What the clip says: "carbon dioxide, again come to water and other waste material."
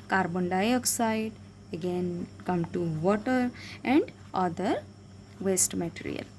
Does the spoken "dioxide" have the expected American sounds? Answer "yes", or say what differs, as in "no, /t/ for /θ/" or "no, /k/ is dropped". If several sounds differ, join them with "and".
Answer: yes